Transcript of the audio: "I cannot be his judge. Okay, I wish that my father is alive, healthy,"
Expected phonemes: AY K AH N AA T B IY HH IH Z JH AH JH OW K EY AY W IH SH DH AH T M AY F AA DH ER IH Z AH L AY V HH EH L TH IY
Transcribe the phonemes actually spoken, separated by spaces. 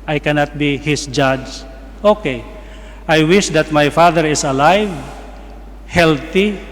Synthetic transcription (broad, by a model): AY K AH N AA T B IY HH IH S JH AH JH OW K EY AY W IH SH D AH T M AY F AA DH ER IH S AH L AY V HH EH L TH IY